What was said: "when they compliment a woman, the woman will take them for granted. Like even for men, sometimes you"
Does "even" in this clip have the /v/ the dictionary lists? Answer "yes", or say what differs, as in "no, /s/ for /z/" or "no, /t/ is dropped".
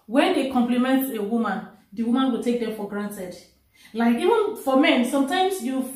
yes